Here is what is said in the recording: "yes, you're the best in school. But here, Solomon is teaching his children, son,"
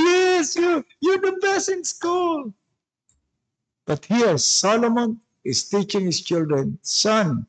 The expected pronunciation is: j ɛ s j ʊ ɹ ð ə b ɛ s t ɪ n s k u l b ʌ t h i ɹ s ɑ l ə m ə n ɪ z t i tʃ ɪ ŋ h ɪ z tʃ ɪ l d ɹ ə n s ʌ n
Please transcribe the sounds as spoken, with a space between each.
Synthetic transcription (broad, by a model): j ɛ s j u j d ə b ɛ s ɪ n s k u l b ʌ t h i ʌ s ɑ l ə m ə n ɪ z t i tʃ ɪ ŋ h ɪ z tʃ ɪ l d ɹ ə n s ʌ n